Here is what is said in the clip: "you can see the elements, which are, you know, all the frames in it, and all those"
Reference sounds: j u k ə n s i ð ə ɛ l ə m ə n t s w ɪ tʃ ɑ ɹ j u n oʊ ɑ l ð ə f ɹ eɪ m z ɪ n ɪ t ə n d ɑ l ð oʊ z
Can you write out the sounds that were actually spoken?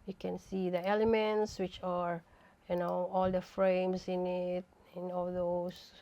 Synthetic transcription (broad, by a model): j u k ə n s i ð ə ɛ l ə m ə n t s w ɪ tʃ ɑ ɹ j u n oʊ ɑ l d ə f ɹ eɪ m s ɪ n ɪ t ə n ɑ l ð oʊ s